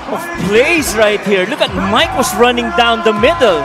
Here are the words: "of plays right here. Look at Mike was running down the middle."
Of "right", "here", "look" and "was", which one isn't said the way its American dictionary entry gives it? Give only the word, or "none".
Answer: was